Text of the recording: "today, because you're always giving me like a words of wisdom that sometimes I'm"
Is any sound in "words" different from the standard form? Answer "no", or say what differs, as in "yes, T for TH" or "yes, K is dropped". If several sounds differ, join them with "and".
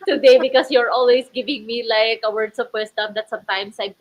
yes, S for Z